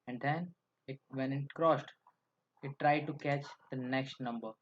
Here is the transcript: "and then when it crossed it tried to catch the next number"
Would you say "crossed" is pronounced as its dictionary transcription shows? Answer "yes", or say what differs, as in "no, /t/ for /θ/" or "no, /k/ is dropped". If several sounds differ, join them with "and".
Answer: yes